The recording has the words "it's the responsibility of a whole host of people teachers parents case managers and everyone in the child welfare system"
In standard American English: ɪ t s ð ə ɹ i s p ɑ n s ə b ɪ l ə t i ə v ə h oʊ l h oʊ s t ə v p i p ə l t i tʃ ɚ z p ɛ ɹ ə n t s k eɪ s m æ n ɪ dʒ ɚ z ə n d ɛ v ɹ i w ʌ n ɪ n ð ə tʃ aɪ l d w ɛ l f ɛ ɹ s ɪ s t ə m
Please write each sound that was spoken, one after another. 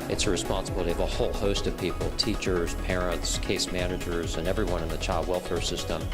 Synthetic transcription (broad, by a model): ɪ t s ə ɹ i s p ɑ n s ə b ɪ l ə t i ə v ə h oʊ l h oʊ s t ə v p i p l t i tʃ ɚ z p ɛ ɹ ə n t s k eɪ s m æ n ɪ dʒ ɚ z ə n ɛ v ɹ i w ʌ n ɪ n ð ə tʃ aɪ l d w ɛ l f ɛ ɹ s ɪ s t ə m